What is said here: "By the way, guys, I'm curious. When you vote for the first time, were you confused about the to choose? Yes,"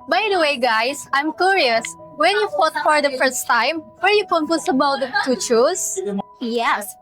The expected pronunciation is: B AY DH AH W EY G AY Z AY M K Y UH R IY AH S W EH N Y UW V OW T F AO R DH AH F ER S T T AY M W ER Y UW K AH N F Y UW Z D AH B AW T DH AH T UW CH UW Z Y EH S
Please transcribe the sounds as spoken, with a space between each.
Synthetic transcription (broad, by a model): B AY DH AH W EY G AY S AY M K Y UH R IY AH S W EH N Y UW F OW T F AO R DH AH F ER S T T AY M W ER Y UW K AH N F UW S AH B AW T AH T UW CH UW S Y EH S